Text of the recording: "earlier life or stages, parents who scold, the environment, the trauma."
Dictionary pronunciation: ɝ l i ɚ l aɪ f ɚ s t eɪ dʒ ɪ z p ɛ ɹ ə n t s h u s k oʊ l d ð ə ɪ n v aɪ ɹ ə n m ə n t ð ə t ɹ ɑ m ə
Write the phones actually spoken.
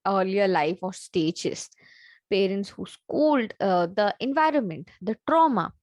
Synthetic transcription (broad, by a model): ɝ l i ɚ l aɪ f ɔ s t eɪ dʒ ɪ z p ɛ ɹ ə n t s h u s k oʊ l d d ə ɪ n v aɪ ɹ ə n m ə n t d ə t ɹ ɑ m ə